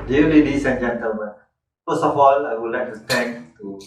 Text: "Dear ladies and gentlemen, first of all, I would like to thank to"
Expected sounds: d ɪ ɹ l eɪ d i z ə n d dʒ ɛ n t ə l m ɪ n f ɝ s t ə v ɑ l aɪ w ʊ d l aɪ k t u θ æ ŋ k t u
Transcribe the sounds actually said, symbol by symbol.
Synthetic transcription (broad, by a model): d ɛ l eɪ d i s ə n dʒ ɛ n t ə l m ɪ n f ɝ s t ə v ɑ l aɪ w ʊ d l aɪ k t u t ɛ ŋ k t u